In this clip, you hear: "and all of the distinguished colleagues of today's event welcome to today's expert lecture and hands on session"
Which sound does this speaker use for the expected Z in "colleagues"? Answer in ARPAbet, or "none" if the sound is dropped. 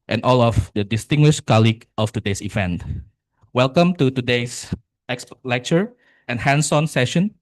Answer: none